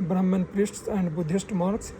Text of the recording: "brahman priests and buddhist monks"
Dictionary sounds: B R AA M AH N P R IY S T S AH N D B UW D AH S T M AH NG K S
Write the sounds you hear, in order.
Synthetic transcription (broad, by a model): B R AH M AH N P R IY S T S AH N D B UW D AH S T M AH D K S